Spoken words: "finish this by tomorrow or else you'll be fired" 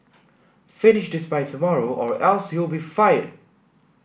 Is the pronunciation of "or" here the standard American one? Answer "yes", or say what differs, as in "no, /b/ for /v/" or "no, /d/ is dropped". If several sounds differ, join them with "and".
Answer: yes